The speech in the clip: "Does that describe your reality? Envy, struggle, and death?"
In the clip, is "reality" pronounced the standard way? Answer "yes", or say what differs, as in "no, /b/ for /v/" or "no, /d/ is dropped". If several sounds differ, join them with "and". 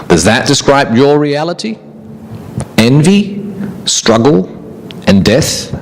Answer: yes